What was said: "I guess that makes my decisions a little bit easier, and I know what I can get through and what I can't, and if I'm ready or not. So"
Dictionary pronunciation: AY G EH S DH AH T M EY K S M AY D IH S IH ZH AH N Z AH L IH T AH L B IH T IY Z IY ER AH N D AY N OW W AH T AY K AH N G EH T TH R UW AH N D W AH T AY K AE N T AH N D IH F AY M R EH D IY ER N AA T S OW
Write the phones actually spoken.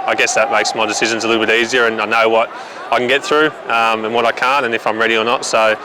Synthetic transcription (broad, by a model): AY G EH S DH AH T M EY K S M AY D IH S IH ZH AH N Z AH L IH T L B IH T IY Z IY ER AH N AY N OW W AH T AY K AH N G EH T TH R UW AH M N W AH T AY K AE N T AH N IH F AY M R EH D IY ER N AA T S OW